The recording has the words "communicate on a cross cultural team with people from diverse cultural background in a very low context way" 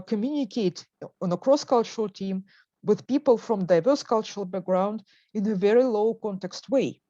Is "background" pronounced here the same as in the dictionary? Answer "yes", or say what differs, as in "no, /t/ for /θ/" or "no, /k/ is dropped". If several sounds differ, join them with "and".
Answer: yes